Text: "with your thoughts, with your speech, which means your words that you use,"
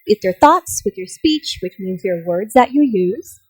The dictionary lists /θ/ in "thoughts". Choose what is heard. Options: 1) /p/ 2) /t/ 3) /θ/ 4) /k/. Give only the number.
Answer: 3